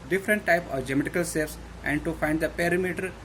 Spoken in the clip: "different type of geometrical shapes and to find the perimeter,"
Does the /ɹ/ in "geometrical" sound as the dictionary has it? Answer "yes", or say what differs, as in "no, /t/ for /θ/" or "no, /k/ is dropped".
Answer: no, /ɹ/ is dropped